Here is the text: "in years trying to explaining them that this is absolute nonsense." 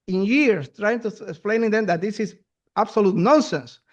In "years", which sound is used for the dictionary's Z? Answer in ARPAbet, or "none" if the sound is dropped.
S